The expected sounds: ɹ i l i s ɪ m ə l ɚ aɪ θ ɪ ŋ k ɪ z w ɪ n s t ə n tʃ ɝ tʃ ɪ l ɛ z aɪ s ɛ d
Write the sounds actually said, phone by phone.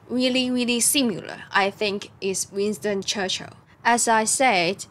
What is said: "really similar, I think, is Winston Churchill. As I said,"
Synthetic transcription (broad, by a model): ɹ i l i s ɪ m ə l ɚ aɪ θ ɪ ŋ k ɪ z w ɪ n s t ə n tʃ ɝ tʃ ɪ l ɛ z aɪ s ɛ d